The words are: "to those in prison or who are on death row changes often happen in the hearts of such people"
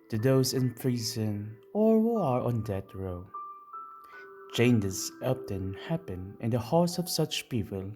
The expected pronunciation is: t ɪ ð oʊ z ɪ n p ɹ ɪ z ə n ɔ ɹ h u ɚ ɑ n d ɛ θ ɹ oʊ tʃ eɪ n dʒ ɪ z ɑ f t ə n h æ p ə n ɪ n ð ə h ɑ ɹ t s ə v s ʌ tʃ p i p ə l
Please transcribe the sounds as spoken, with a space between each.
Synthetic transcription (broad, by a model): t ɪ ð oʊ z ɪ n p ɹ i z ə n ɔ ɹ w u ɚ ɑ n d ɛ t ɹ oʊ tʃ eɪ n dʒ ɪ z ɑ p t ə n h æ p ə n ɪ n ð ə h ɑ ɹ t s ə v s ʌ tʃ p i p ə l